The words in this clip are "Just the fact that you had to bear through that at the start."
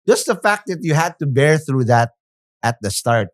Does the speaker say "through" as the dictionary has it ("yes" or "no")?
yes